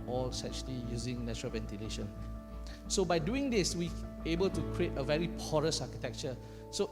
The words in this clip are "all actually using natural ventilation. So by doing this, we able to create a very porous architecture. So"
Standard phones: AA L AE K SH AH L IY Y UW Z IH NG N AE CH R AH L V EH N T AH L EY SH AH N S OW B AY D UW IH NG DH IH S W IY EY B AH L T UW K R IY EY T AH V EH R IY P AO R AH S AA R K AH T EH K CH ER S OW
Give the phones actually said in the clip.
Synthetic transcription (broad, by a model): AA L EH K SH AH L IY Y UW Z IH NG N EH CH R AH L V EH N T AH L EY SH AH N S OW B AY D UW IH NG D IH S W IY EY B AH L T UW K R IY EY T AH V EH R IY P AO R AH S AA K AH T EH K CH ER S OW